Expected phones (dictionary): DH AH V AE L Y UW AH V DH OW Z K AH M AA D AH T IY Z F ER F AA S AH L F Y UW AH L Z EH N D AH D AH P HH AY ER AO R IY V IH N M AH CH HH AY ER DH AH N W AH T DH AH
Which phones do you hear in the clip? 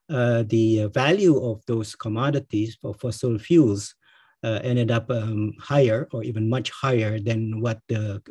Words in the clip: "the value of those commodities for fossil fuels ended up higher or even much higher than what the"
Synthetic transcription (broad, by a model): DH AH V AE L Y UW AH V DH OW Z K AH M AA D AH T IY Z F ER F AA S AH L F Y UW L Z EH N D AH D AH P HH AY ER AO R IY V IH N M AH CH HH AY ER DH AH N W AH T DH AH